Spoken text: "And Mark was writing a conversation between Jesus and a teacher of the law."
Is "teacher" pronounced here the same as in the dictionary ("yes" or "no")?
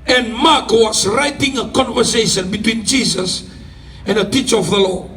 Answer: yes